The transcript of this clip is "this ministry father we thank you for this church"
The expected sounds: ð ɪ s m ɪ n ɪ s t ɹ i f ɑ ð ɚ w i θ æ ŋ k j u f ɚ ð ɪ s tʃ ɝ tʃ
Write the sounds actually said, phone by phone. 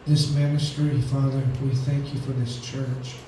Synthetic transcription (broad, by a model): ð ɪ s m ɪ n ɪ s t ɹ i f ɑ ð ɚ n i θ æ ŋ k j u f ɚ ð ɪ s tʃ ɝ tʃ